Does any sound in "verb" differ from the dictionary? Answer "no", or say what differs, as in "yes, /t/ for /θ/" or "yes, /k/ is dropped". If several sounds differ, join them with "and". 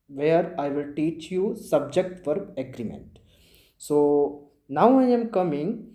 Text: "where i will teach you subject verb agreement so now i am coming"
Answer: yes, /f/ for /v/